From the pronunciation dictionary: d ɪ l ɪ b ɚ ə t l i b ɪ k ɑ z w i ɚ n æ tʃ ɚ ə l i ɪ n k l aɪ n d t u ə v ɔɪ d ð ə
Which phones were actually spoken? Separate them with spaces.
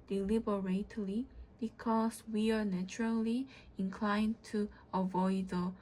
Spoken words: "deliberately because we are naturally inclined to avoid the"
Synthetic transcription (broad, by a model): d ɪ l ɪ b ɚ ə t l i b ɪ k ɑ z w i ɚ n æ tʃ ɚ ə l i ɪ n k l aɪ n t u ə v ɔɪ d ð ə